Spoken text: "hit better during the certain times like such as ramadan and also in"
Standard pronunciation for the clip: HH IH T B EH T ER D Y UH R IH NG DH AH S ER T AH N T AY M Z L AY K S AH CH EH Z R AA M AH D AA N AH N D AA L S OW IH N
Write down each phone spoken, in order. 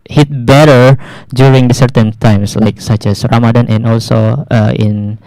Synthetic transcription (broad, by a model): HH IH T B EH T ER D Y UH R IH NG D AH S ER T AH N T AY M S L AY K S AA CH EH S R AA M AH D AA N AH N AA L S OW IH N